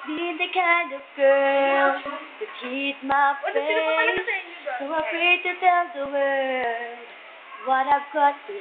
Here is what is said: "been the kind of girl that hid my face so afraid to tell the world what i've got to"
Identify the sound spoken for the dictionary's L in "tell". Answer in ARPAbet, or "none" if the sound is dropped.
N